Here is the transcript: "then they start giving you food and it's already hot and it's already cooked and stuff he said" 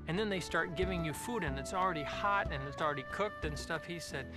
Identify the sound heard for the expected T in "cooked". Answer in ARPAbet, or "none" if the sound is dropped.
T